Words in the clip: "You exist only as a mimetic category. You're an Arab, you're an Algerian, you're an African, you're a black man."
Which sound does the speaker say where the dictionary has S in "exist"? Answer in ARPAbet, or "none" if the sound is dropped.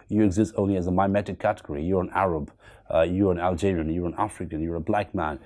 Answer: S